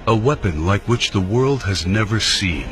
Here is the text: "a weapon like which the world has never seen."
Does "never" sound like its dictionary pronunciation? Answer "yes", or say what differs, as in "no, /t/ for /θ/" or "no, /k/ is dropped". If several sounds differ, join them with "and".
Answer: yes